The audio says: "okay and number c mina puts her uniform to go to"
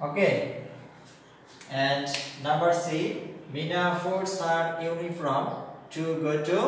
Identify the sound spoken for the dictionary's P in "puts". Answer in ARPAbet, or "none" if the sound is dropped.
F